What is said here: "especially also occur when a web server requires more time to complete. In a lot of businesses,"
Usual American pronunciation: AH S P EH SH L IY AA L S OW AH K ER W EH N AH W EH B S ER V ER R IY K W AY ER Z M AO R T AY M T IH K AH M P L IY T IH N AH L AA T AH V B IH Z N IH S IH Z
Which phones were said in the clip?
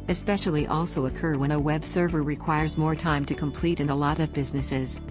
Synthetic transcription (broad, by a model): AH S P EH SH L IY AA L S OW AH K ER W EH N AH W EH B S ER V ER R IY K W AY ER Z M AO R T AY M T IH K AH M P L IY T IH N AH L AA T AH V B IH Z N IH S IH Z